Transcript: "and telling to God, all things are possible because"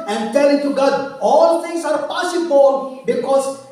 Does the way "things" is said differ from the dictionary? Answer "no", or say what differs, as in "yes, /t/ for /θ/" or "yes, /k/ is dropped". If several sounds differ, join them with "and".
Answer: yes, /t/ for /θ/